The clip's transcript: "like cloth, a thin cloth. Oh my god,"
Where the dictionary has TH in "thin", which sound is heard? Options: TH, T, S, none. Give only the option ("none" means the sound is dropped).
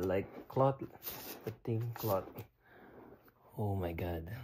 T